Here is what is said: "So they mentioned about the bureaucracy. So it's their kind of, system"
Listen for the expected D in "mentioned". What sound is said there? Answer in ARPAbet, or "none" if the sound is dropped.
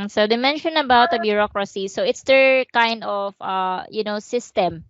none